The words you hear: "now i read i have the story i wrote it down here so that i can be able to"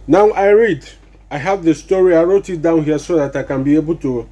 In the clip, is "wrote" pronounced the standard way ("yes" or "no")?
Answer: yes